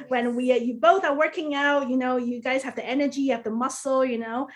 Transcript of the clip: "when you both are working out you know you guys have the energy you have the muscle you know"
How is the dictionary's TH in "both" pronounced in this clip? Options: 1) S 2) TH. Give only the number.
2